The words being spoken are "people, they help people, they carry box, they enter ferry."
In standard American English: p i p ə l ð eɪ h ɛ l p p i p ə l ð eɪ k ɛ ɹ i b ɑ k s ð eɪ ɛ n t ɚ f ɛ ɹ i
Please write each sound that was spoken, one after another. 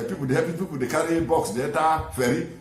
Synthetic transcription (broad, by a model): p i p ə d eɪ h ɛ p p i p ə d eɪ k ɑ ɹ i b ɑ k s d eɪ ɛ t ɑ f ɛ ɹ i